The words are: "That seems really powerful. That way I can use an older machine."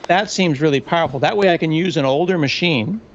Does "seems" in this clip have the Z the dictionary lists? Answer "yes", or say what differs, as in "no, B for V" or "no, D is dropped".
yes